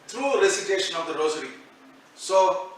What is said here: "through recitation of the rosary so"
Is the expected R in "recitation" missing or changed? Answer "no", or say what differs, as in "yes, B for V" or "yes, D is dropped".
no